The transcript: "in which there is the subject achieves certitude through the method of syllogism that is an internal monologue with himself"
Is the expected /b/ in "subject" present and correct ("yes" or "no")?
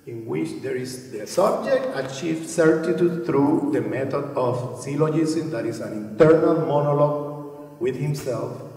yes